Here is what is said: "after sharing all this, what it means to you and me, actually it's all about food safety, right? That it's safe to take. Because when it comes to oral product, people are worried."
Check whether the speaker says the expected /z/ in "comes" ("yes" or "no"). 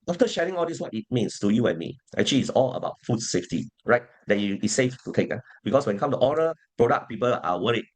no